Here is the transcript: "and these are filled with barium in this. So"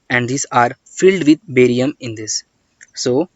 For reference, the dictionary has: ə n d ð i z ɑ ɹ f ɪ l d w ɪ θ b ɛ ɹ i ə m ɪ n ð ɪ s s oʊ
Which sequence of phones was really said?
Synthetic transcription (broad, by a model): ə n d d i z ɑ ɹ f ɪ l d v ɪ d b ɛ ɹ i ə m ɪ n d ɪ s s oʊ